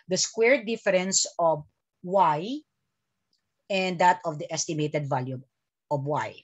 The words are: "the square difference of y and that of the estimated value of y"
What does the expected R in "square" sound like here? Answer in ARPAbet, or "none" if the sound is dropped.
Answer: R